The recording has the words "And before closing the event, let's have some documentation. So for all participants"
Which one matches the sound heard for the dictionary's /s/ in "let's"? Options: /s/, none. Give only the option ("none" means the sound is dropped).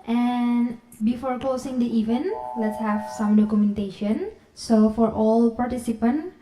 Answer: /s/